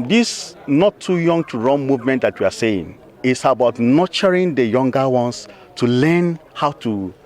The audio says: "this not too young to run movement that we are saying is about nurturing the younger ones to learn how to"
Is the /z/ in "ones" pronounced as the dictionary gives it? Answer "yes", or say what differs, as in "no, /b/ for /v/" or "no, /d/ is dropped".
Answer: no, /s/ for /z/